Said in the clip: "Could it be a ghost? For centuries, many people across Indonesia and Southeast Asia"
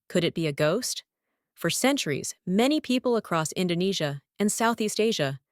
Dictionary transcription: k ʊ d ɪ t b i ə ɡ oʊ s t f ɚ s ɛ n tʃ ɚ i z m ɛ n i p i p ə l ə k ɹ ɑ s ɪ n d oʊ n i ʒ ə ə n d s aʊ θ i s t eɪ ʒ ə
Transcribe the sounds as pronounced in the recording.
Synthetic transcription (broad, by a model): k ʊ d ɪ t b i ə ɡ oʊ s t f ɚ s ɛ n tʃ ɚ i z m ɛ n i p i p l ə k ɹ ɑ s ɪ n d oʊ n i ʒ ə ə n s aʊ θ i s t eɪ ʒ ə